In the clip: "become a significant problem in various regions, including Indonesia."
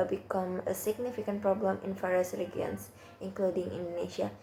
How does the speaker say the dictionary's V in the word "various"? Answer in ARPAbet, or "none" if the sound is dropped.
F